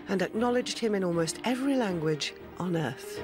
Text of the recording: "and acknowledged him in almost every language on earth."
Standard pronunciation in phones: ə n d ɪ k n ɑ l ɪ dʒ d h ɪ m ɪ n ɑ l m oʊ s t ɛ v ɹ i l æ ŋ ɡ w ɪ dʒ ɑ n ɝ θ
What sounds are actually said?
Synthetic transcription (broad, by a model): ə n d ɪ k n ɑ l ɪ dʒ d h ɪ m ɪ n ɑ l m oʊ s t ɛ v ɹ i l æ ŋ ɡ w ɪ dʒ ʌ n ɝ θ